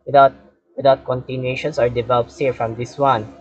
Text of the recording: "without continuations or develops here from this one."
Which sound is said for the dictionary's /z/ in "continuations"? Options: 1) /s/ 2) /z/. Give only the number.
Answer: 1